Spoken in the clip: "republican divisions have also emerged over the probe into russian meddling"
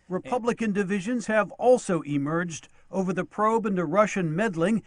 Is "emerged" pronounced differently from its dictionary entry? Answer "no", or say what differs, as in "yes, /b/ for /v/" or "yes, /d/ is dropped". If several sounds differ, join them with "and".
no